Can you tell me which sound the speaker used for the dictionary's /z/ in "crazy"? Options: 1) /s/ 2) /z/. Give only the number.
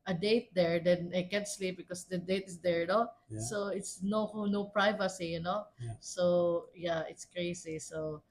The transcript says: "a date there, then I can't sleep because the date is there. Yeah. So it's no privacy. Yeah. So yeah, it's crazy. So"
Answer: 1